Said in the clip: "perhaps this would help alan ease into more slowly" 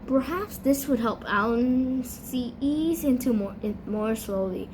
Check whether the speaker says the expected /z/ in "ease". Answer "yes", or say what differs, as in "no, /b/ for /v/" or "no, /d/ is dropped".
yes